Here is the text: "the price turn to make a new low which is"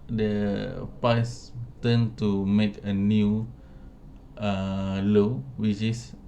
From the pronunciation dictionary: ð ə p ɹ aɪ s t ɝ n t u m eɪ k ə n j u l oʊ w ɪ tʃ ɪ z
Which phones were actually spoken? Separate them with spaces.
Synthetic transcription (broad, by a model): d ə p aɪ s t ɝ n t u m eɪ k ə n j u l oʊ w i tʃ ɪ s